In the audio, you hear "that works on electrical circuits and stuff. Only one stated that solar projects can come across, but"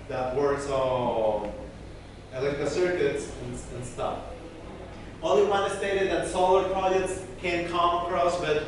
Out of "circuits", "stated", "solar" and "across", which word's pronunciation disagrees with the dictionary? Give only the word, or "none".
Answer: none